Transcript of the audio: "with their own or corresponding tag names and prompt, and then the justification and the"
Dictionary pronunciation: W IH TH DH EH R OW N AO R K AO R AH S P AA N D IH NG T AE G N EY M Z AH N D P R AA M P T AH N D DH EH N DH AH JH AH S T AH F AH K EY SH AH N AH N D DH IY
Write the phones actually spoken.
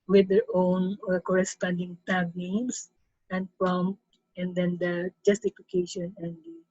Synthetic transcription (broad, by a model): W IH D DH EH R OW N AO R K AO R AH S P AA N D IH NG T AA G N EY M S AH N D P R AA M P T AH N D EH N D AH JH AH S T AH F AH K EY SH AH N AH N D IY